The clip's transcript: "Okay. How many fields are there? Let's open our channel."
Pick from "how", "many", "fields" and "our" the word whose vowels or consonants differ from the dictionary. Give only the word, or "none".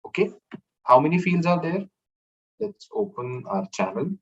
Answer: none